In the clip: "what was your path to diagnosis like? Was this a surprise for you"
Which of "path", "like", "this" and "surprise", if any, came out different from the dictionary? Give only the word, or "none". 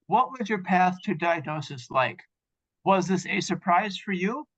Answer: none